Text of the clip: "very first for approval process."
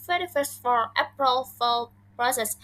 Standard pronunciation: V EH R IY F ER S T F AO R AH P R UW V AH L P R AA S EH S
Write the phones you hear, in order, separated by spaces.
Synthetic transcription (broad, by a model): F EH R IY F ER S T F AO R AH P R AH F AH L P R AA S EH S